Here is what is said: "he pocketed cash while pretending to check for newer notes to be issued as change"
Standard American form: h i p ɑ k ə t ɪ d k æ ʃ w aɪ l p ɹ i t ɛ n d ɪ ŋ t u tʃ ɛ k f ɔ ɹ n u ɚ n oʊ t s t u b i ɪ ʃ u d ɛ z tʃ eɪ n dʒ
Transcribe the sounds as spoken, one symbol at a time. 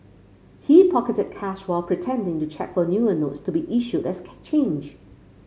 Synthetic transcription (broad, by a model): h i p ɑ k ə t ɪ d k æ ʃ w aɪ l p ɹ i t ɛ n d ɪ ŋ t u tʃ ɛ k f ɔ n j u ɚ n oʊ t s t u b i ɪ ʃ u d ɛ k tʃ eɪ n dʒ